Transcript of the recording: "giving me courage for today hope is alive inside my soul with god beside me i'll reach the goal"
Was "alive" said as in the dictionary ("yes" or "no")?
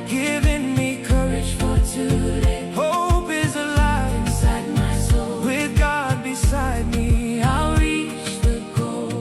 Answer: no